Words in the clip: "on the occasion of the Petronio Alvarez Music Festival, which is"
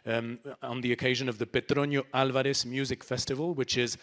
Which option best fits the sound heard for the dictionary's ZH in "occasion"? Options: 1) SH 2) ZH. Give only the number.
2